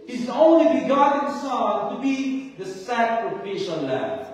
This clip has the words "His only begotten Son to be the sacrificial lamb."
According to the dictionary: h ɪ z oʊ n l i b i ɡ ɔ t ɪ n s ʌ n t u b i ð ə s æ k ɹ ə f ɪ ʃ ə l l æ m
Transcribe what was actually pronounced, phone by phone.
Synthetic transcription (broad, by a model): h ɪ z oʊ n l i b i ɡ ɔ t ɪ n s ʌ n t u b i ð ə s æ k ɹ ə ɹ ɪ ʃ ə n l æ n